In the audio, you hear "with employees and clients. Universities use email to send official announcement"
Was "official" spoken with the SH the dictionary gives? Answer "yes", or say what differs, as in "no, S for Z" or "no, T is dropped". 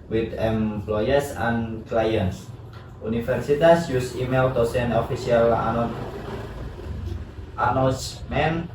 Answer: no, S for SH